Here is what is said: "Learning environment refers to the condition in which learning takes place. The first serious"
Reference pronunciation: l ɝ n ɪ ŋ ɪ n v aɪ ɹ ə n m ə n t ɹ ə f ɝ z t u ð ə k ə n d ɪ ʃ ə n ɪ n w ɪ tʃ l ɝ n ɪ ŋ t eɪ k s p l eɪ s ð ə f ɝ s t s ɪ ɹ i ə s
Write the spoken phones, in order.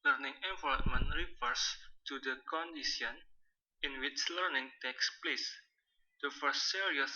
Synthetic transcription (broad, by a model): l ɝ n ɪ ŋ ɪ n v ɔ l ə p m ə n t ɹ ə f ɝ s t u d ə k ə n d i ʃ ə n ɪ n w ɪ tʃ l ɝ n ɪ ŋ t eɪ k s p l eɪ s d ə f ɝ s t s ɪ ɹ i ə s